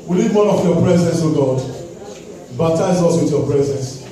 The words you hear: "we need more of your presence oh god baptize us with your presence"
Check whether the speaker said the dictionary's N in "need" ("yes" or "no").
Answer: no